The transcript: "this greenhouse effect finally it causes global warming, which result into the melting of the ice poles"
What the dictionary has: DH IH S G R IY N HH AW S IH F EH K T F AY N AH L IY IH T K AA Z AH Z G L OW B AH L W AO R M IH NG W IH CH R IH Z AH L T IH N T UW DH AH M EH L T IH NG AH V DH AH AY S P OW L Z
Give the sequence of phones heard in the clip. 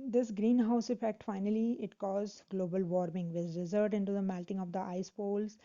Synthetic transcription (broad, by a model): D IH S G R IY N HH AW S IH F EH K T F AY N AH L IY IH T K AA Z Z G L OW B AH L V AO R M IH NG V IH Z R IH Z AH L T IH N T UW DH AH M EH L T IH NG AH V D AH AY S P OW L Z